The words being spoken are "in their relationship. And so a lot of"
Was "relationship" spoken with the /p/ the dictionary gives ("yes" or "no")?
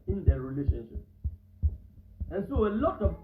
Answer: yes